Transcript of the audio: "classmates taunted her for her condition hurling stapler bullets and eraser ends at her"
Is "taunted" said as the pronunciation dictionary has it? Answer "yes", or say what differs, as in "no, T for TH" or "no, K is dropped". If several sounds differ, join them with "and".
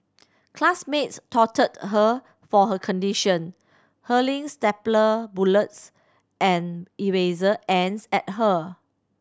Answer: no, N is dropped